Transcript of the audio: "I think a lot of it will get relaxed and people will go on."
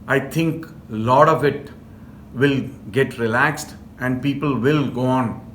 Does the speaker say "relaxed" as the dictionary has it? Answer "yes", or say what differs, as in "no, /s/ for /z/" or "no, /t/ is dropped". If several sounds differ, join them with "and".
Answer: yes